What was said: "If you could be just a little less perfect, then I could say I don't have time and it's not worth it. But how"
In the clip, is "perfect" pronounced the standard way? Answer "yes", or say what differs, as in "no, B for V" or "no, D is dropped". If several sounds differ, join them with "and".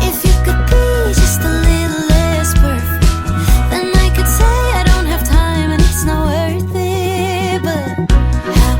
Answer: no, B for P